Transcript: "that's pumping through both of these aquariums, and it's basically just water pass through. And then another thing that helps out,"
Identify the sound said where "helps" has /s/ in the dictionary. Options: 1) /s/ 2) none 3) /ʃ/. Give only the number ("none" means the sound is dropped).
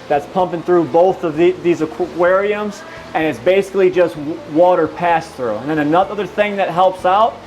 1